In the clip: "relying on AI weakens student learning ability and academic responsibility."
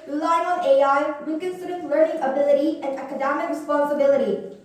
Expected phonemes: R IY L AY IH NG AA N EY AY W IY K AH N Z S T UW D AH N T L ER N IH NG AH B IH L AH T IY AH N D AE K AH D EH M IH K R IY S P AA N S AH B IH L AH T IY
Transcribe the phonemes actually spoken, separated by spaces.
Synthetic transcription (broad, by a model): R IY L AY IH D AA EY AY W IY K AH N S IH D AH T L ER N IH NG AH B IH L AH T IY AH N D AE K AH D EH M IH K R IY S P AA N S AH B IH L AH T IY